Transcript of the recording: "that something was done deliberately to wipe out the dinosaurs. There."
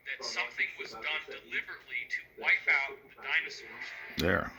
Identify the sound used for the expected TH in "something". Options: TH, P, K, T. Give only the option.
TH